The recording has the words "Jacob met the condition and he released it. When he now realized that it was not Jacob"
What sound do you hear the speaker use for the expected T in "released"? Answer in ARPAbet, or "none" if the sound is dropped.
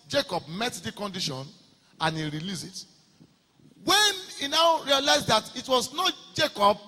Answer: none